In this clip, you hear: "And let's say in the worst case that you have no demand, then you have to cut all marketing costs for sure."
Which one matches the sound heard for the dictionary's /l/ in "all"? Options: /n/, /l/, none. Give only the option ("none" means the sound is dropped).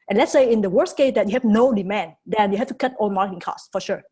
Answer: /n/